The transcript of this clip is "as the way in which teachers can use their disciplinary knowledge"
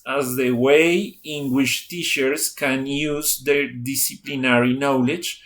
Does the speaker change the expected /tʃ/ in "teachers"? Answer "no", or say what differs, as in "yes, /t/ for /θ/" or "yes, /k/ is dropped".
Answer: yes, /ʃ/ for /tʃ/